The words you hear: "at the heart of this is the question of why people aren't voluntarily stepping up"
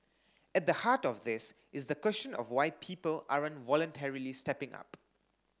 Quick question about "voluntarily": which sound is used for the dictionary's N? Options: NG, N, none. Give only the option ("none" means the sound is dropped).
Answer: N